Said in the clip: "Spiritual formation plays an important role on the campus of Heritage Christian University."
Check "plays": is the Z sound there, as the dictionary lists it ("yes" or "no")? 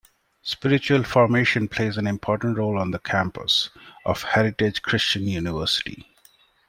yes